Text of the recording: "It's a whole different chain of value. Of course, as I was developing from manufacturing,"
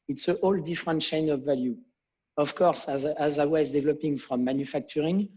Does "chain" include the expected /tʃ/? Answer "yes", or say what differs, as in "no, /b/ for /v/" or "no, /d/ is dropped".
no, /ʃ/ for /tʃ/